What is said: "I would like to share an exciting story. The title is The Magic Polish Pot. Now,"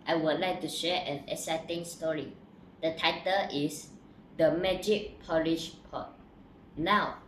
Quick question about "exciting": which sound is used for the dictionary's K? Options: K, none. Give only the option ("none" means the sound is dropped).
none